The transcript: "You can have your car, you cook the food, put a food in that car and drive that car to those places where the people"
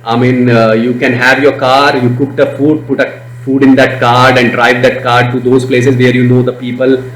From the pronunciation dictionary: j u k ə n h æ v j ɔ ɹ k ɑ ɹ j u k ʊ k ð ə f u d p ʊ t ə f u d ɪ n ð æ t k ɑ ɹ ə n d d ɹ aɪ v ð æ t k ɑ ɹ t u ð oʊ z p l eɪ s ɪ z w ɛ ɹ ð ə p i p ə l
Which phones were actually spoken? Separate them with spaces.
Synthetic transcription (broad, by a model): j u k ə n h æ v j ɔ ɹ k ɑ ɹ j u k ʊ k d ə f u d p ʊ t ə f u d ɪ n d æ t k ɑ ɹ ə n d d ɹ aɪ v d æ t k ɑ ɹ t u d oʊ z p l eɪ s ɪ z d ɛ ɹ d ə p i p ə l